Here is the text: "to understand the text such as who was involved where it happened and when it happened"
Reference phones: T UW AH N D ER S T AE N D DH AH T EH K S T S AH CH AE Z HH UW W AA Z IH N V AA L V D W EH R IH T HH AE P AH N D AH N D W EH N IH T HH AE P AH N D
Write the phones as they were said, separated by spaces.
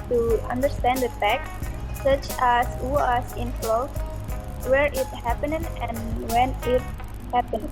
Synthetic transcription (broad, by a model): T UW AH N D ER S T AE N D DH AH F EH K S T S AH CH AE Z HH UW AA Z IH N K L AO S W EH R IH T HH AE P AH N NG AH N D W EH N IH T HH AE P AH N